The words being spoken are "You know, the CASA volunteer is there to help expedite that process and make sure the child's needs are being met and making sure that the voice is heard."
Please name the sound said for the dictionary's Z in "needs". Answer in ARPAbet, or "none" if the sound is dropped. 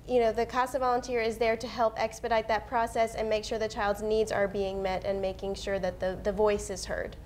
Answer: Z